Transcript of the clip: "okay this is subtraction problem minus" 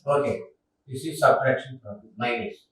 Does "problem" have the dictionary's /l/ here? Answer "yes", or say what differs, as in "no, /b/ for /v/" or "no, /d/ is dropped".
no, /l/ is dropped